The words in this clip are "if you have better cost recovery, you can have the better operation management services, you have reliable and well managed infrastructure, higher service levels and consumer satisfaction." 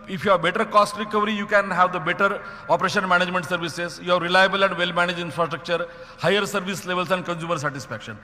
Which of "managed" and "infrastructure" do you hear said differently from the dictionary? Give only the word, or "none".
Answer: managed